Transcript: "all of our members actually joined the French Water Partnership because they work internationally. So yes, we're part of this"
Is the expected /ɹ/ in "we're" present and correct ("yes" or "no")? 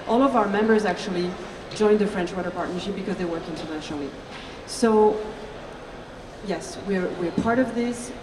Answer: yes